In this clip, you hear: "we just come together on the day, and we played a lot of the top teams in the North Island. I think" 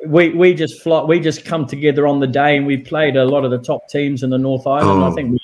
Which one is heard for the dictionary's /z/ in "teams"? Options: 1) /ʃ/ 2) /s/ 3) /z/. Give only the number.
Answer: 3